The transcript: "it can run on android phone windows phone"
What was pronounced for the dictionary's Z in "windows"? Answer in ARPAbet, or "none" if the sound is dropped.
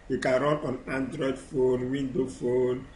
none